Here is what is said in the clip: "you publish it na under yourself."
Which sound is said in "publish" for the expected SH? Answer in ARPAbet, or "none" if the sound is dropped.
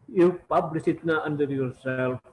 S